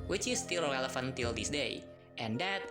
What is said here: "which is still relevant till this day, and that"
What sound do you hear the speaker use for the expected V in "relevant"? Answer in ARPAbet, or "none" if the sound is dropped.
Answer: F